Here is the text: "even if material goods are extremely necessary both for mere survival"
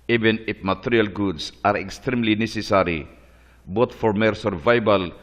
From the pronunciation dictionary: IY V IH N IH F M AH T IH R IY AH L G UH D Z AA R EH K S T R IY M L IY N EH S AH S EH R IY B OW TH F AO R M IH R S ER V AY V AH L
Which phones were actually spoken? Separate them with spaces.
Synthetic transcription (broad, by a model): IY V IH N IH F M AH T IH R IY AH L G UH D S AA R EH K S T R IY M L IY N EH S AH S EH R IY B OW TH F AO R M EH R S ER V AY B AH L